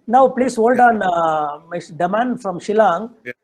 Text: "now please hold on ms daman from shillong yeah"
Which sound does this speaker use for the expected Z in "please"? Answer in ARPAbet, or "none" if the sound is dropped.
S